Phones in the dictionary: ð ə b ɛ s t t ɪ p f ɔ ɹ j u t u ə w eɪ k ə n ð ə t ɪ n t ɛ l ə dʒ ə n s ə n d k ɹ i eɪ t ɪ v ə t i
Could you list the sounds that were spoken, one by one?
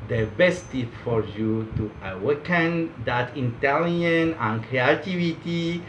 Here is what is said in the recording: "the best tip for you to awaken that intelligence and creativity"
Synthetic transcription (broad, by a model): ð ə b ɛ s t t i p f ɔ ɹ j u t u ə w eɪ k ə n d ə t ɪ n t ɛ l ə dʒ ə n ə n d k ɹ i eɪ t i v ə t i